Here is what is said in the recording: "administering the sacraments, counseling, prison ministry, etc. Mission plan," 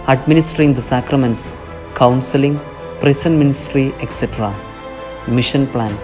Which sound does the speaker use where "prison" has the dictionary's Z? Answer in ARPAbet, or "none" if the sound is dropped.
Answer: S